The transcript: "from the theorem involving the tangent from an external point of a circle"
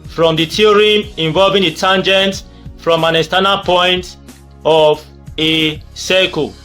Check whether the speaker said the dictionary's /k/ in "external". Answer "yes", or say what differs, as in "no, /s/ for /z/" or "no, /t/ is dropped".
no, /k/ is dropped